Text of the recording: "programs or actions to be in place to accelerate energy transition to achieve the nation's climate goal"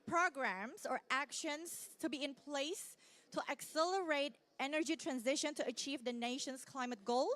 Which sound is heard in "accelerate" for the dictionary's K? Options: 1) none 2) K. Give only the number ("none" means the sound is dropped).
2